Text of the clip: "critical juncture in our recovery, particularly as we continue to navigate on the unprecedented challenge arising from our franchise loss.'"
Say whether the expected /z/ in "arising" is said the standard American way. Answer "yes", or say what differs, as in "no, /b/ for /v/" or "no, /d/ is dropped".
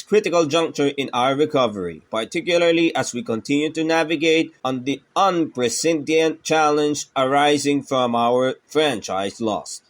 yes